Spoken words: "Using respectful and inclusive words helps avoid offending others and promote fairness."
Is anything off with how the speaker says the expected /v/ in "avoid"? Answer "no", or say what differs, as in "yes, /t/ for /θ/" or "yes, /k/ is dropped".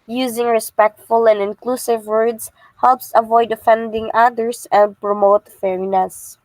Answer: no